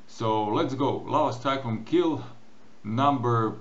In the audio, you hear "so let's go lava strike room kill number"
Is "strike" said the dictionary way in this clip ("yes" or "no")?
no